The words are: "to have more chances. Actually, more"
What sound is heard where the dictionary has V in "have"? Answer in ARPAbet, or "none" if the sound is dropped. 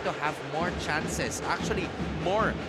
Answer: V